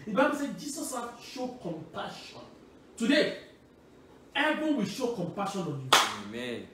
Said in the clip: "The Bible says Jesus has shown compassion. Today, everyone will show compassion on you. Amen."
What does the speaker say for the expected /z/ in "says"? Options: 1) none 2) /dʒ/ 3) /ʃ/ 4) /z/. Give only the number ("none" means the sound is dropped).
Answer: 1